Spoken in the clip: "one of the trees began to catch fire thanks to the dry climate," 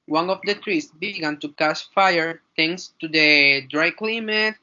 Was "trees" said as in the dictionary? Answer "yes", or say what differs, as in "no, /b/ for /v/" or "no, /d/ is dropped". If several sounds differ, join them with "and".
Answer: no, /s/ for /z/